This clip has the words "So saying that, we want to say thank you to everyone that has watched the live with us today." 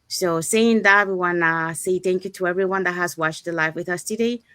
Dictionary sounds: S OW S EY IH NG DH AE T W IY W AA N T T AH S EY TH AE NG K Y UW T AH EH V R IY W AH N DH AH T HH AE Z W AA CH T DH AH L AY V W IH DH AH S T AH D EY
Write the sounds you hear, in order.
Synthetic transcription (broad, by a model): S OW S EY IH NG DH AE T W IY W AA N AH S EY TH AE NG K Y UW T AH EH V R IY W AH N DH AH T HH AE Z W AA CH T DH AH L AY F W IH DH AH S T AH D EY